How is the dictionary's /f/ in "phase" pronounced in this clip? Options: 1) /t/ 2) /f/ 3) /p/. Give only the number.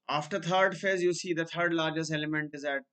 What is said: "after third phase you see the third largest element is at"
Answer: 2